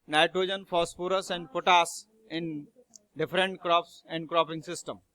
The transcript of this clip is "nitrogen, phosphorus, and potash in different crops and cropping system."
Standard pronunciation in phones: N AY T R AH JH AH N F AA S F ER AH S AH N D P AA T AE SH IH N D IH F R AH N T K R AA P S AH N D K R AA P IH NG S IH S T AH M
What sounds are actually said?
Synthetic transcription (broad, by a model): N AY T R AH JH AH N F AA S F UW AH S AH N D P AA T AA S IH N D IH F R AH N T K R AA P S AH N D K R AA P IH NG S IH S T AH M